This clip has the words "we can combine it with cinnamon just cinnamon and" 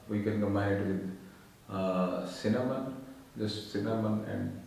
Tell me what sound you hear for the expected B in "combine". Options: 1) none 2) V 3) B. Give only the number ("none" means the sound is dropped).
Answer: 1